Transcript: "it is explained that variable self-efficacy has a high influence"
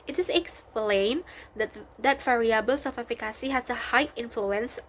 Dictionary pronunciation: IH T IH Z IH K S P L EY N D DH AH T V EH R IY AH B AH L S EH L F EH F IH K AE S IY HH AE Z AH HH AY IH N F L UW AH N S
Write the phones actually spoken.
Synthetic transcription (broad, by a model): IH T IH S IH K S P L EY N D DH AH T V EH R IY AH B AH L S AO F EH F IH K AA S IY HH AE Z AH HH AY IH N F L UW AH N S